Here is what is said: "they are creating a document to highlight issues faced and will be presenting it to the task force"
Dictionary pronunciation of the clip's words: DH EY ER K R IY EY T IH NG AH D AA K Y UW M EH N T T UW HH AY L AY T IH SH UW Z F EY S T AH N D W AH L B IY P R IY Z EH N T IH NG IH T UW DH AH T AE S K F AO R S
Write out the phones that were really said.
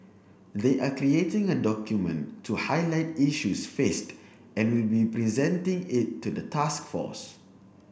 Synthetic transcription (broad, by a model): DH EY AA K R IY EY T IH NG AH D AA K Y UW M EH N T T UW HH AY L AY T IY SH UW S F EY S T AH N W AH L B IY P R IY Z EH N T IH NG IH T UW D AH T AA S K F AO S